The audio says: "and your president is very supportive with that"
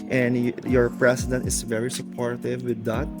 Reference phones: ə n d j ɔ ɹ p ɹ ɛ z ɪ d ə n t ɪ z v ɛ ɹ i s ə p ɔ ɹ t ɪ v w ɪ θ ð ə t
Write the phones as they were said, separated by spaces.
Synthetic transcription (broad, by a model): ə n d j ɔ ɹ p ɹ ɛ s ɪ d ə n t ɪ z v ɛ ɹ i s ə p ɔ ɹ t ɪ v w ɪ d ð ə t